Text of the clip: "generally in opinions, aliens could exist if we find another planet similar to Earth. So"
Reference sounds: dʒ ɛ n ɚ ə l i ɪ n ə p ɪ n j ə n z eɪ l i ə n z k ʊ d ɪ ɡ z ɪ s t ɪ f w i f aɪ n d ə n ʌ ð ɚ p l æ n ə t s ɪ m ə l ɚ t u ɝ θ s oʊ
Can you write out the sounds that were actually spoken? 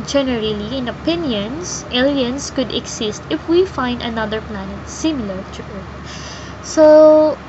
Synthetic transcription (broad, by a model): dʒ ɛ n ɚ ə l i ɪ n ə p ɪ n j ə n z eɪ l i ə n s k ʊ d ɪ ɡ s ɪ s t ɪ f w i f aɪ n d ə n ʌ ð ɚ p l æ n ə t s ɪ m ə l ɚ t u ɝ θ s oʊ